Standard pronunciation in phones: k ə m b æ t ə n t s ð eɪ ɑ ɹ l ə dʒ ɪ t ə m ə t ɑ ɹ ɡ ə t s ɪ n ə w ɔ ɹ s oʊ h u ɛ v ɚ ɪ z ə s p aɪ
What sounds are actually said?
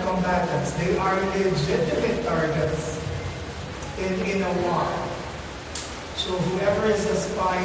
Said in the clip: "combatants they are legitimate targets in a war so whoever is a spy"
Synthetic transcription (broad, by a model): k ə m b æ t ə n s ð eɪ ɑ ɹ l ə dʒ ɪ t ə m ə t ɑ ɹ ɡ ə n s ɪ n ə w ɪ l s oʊ h u ɛ v ɚ ɪ z ə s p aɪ